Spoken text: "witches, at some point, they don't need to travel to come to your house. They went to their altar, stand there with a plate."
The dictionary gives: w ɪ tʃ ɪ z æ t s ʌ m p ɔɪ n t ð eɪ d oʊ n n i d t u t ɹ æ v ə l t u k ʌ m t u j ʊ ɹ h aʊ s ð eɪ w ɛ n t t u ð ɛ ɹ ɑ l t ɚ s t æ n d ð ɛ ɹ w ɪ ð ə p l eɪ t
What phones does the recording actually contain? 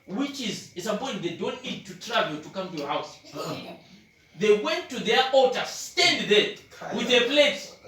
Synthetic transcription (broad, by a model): w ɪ tʃ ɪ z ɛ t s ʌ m p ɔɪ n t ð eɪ d oʊ n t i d t u t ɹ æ v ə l t u k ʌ m t u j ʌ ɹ h aʊ s ð eɪ w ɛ n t t u ð ɛ ɹ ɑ t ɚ s t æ n d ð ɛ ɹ w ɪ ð ə p l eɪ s